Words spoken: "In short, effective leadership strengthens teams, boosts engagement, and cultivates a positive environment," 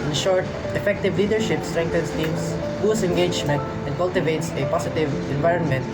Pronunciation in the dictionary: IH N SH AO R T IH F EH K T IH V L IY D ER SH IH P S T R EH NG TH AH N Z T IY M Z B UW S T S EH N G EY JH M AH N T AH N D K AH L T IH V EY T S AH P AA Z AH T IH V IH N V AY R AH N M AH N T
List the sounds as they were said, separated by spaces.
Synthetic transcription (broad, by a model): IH N SH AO R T IH F EH K T IH V L IY D ER SH IH P S T R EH NG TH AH N S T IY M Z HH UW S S EH N G EY JH M AH N T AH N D K AH L T IH V EY T S AH P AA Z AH T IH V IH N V AY R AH N M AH N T